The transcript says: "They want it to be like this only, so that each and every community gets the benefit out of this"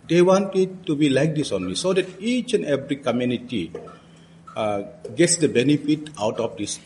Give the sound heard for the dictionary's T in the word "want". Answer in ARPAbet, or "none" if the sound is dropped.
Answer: T